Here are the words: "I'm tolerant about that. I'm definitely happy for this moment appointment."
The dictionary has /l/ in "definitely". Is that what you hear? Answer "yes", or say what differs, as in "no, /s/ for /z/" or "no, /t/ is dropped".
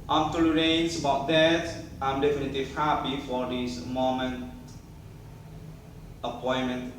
yes